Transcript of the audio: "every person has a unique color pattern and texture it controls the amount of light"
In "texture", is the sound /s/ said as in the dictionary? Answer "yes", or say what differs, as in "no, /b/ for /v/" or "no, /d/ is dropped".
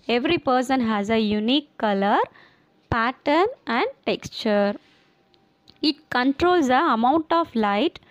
yes